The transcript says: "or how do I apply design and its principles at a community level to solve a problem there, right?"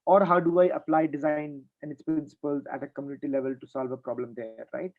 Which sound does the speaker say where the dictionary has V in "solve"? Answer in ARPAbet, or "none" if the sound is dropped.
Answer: V